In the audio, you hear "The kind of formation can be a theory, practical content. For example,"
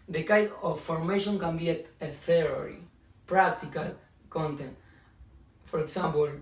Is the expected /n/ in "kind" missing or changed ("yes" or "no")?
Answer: yes